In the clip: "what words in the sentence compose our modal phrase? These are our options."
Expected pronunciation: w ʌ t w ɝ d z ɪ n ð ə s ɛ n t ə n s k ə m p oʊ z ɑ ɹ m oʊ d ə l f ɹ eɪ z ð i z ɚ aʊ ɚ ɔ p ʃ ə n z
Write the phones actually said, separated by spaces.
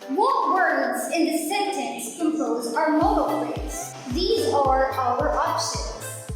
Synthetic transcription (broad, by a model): w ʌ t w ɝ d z ɪ n ð ə s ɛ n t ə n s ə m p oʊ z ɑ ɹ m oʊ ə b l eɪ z ð i z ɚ aʊ ɚ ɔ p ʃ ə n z